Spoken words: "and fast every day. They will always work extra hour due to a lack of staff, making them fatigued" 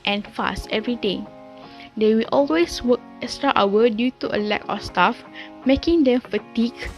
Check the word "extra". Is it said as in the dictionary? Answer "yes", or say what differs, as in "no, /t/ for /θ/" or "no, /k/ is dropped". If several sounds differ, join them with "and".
no, /k/ is dropped